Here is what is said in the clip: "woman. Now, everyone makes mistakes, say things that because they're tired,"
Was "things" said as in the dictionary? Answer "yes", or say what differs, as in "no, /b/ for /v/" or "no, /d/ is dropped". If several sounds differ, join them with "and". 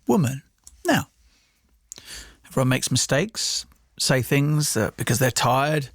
yes